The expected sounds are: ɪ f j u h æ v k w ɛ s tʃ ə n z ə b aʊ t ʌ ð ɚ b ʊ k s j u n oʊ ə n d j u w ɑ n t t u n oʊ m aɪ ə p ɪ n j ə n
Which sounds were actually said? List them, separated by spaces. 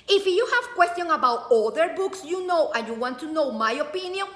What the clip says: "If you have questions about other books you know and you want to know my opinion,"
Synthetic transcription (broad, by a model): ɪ f j u h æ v k w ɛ s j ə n ə b aʊ t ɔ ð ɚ b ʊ k s j u n oʊ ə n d j u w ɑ n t t u n oʊ m aɪ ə p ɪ n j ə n